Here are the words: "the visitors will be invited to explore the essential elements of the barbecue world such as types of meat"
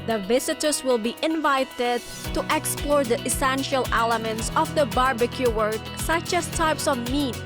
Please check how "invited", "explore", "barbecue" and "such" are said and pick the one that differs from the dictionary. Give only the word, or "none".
none